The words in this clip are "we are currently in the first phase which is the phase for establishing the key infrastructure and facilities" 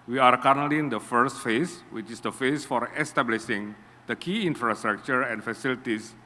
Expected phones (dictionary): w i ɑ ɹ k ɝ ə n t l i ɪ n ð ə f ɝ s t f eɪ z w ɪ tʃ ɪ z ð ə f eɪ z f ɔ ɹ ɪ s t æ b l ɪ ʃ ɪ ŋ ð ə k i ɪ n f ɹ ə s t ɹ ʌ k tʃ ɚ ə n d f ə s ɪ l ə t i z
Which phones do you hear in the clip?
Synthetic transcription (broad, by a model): w i ɑ ɹ k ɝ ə t n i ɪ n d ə f ɝ s t f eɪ s w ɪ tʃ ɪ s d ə f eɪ s f ɔ ɹ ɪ s t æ b l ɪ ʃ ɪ ŋ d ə k i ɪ n f ɹ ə s t ɹ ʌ k tʃ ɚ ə n f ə s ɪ l t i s